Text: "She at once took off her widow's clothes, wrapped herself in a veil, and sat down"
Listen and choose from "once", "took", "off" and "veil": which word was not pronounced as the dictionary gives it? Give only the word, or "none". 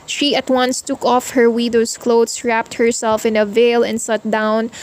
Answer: none